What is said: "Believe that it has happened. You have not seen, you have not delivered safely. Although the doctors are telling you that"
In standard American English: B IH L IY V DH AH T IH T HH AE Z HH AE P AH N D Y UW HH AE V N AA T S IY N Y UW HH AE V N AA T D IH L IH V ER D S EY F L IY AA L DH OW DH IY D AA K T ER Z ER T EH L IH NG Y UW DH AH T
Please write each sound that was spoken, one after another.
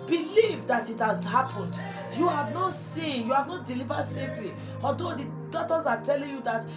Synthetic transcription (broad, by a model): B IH L IY V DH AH T IH T HH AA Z HH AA P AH N D Y UW HH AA V N AA T S IY N Y UW HH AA V N AA T D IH L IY V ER D S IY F L IY AA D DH OW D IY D AA T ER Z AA T EH L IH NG Y UW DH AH T